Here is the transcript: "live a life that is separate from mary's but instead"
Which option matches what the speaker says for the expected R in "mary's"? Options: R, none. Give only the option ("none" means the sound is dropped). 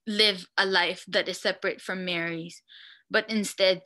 R